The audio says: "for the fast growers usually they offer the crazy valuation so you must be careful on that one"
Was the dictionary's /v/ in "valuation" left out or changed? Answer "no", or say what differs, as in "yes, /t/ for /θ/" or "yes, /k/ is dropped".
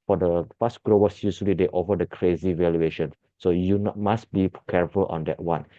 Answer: no